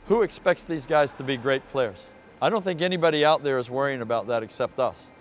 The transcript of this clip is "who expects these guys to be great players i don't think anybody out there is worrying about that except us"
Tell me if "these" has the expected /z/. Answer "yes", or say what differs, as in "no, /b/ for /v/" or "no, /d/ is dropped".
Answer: yes